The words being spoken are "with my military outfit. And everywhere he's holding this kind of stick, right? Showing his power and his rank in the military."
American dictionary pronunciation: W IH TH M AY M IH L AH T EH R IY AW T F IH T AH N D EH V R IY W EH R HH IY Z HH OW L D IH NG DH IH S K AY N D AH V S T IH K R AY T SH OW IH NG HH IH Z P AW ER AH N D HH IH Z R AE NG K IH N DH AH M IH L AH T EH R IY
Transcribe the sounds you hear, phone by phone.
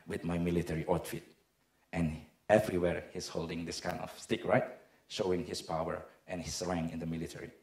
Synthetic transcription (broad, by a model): W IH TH M AY M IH L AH T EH R IY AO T F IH T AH N EH V R IY W EH R HH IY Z HH OW L D IH NG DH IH S K AY N D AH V S T IH K R AY T SH OW IH NG HH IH S P AW ER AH N HH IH S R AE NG IH N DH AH M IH L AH T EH R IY